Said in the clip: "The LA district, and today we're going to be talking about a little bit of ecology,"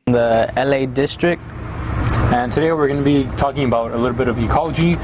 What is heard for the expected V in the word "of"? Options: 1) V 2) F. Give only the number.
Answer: 1